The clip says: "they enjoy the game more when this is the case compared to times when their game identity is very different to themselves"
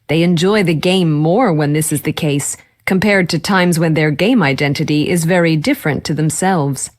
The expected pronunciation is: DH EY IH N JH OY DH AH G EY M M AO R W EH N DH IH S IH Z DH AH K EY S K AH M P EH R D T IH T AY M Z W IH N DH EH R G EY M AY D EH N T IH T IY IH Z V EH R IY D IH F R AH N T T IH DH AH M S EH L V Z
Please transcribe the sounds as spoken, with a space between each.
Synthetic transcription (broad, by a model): DH EY IH N JH OY DH AH G EY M M AO R W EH N DH IH S IH Z DH AH K EY S K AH M P EH R D T IH T AY M Z W IH N DH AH R G EY M AY D EH N T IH T IY IH Z V EH R IY D IH F R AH N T T IH DH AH M S EH L V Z